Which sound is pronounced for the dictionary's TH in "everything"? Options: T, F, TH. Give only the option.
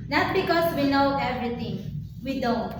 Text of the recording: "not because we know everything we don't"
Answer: T